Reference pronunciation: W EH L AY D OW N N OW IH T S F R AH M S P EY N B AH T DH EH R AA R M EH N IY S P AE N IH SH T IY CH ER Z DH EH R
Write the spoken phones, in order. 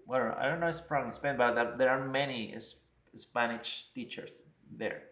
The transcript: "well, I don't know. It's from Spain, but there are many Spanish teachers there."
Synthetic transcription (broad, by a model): W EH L AY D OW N N OW IH T S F R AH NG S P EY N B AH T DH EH R AA R M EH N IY S P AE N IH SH T IY CH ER S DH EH R